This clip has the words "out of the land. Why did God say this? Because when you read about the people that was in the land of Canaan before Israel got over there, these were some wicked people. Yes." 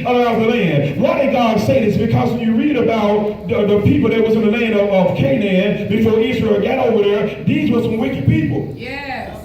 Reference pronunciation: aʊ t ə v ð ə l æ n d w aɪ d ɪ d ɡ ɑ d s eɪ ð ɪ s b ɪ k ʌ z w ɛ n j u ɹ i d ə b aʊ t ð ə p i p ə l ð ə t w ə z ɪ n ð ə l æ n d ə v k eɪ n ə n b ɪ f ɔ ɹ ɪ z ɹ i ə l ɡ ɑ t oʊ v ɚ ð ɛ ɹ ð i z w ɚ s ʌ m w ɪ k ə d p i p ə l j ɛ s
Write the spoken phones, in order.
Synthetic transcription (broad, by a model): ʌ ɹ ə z ð ə l æ n d w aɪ d ɪ d ɡ ɑ d s eɪ ð ɪ s b ɪ k ʌ z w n j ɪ ɹ i d ə b aʊ t ð ə p i p l ð ə t w ə z ɪ n ð ə l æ n d ə v k eɪ n ə n b ɪ f ɔ ɹ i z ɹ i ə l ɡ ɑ t oʊ v ɚ ð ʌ ɹ ð i z w ɚ s ʌ m w ɪ k ə d p i p l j